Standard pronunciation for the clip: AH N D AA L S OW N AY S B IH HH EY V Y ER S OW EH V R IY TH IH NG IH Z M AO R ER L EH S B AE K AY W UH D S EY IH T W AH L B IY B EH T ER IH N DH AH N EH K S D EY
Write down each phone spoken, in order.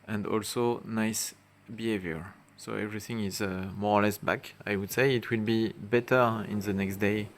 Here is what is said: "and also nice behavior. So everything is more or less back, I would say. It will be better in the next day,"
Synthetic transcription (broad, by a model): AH N D AA L S OW N AY S B IH HH EY V Y ER S OW EH V R IY TH IH NG IH Z M AO R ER L EH S B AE K AY W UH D S EY IH T W AH L B IY B EH T ER IH N DH AH N EH K S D EY